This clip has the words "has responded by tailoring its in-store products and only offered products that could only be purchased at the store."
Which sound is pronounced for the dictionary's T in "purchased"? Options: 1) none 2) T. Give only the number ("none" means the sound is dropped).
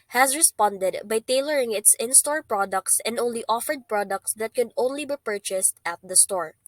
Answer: 2